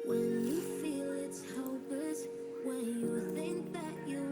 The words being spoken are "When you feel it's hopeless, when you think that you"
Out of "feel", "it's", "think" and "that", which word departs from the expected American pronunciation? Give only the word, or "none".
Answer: none